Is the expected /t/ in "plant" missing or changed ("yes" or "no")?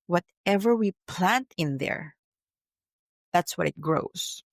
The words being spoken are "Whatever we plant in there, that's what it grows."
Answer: no